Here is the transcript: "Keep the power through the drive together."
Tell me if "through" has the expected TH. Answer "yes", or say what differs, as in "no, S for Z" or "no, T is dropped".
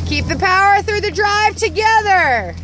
yes